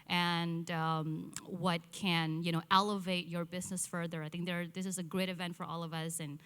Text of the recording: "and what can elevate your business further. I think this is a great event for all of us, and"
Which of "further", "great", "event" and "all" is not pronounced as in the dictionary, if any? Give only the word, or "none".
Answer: none